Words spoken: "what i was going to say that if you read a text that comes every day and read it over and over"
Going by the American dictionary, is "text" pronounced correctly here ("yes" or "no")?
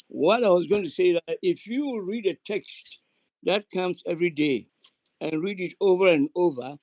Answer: yes